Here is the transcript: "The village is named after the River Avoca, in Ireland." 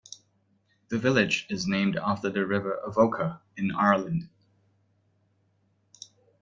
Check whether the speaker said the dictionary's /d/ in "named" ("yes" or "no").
yes